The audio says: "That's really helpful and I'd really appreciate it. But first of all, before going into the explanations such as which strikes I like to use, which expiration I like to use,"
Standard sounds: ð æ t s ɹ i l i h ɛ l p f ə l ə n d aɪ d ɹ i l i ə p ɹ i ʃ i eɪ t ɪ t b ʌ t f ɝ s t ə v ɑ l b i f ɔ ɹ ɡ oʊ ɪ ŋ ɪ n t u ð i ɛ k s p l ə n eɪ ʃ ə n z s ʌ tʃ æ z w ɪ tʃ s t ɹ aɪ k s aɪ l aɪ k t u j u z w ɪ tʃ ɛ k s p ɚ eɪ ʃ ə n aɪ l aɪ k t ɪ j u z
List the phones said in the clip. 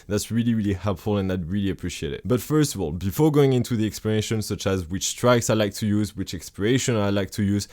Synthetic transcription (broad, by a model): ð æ t s ɹ i l i h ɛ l p f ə l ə n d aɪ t ɹ i l i ə p ɹ i ʃ i eɪ t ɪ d b ʌ t f ɝ s t ə v ɑ l b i f ɔ ɹ ɡ oʊ ɪ ŋ ɪ n t u ð i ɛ k s p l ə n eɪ ʃ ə n s ʌ tʃ æ z w ɪ tʃ s t ɹ aɪ k s aɪ l aɪ k t u j u z w ɪ tʃ ɛ k s p ɚ eɪ ʃ ə n aɪ l aɪ k t ɪ j u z